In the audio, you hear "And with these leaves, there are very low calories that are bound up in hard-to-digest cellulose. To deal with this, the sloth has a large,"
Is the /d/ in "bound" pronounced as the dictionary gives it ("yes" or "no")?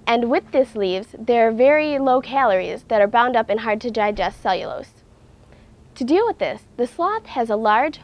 yes